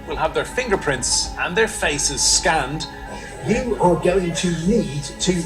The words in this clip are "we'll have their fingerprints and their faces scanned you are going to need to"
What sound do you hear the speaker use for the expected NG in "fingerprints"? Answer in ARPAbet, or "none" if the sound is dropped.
NG